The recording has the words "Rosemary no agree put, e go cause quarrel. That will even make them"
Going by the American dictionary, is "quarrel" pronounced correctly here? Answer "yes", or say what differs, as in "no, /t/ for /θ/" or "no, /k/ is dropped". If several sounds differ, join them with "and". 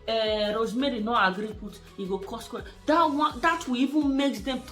no, /w/ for /ɹ/